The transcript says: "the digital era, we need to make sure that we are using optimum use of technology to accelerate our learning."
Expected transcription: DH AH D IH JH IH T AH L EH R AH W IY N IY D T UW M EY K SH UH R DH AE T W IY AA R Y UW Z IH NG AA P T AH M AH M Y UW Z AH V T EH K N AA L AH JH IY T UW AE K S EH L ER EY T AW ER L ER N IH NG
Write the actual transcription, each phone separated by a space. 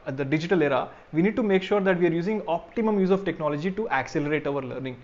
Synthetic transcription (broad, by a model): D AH D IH JH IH T AH L EH R AH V IY N IY D T UW M EY K SH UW R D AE T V IY AA R Y UW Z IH NG AA P T AH M AH M Y UW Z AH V T EH K N AA L AH JH IY T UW AE K S EH L ER EY T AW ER L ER N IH NG